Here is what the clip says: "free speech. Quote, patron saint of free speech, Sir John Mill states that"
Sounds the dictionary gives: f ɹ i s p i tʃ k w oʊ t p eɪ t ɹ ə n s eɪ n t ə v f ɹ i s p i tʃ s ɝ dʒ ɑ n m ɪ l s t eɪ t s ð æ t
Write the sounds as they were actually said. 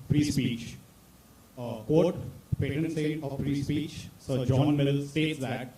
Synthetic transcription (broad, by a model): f ɹ i s p i tʃ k oʊ t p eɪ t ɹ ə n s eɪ t ə v f ɹ i s p i tʃ s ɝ dʒ ɑ n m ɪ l s t eɪ t s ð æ t